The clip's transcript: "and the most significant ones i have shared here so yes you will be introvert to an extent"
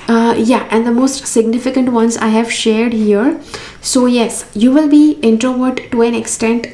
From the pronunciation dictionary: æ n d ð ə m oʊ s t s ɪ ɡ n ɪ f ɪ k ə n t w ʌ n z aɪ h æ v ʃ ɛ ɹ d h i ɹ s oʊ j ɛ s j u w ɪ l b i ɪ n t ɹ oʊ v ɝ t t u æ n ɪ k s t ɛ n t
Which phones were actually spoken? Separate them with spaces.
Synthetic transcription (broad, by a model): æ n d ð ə m oʊ s t s ɪ ɡ n ɪ f ɪ k ə n t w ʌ n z aɪ h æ v ʃ ɛ ɹ d h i ɹ s oʊ j ɛ s j u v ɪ l b i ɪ n t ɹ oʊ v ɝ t t u æ n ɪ k s t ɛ n t